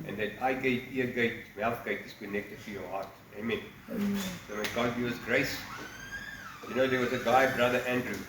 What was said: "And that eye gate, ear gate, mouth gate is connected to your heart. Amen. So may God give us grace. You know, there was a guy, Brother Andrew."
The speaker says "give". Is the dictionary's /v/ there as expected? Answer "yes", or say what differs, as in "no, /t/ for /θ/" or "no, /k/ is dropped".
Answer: no, /v/ is dropped